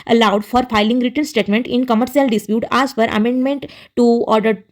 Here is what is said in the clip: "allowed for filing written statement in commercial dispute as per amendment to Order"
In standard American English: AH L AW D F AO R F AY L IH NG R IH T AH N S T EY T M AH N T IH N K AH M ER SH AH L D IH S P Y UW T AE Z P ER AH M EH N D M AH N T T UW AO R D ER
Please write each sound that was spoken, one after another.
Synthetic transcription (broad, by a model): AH L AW D F AO R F AY L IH NG R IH T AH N S T EY T M AH N T IH N K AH M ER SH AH L D IH S P Y UW T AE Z F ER AH M EH N D M AH N T T UW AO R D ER